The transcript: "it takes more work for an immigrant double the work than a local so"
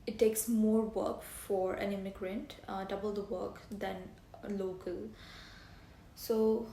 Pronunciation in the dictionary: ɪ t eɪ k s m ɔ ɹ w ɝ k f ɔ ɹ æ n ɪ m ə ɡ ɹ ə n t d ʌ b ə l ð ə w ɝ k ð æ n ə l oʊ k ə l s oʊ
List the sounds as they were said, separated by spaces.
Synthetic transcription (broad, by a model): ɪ t eɪ k s m ɔ ɹ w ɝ k f ɔ ɹ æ n ɪ m ə ɡ ɹ ə n t d ʌ b ə l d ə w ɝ k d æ n l oʊ k ə l s oʊ